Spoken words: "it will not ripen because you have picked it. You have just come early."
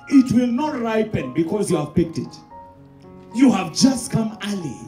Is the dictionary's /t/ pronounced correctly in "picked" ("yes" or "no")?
yes